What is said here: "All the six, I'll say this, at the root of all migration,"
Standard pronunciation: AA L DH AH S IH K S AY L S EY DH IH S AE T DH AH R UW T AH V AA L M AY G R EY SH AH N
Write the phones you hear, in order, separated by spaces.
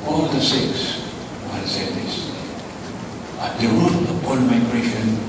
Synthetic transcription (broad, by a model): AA L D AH S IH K S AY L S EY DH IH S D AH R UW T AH P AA N M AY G R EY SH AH N